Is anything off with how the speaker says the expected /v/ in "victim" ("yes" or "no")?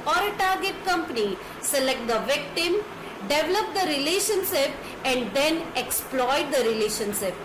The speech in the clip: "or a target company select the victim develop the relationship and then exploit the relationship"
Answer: no